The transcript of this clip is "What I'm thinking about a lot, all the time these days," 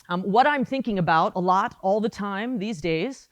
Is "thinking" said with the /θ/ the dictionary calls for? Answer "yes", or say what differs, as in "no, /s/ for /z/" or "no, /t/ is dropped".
yes